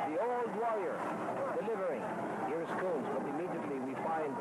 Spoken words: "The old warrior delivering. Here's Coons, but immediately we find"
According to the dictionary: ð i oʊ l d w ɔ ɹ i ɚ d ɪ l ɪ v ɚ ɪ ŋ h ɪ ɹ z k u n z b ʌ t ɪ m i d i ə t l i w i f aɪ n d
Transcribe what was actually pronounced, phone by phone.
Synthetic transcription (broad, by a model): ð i oʊ l d w ɔ ɹ i ɚ d ɪ l ɪ v ɚ ɪ ŋ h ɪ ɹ s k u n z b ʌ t ɪ m i d i ə t l i w i f aɪ n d